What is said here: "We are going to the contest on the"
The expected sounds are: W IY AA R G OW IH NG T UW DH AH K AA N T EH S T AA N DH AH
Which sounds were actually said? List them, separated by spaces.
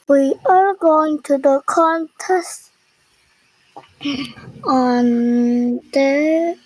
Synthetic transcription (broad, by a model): W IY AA L G OW IH NG T UW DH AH K AA N T EH S T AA N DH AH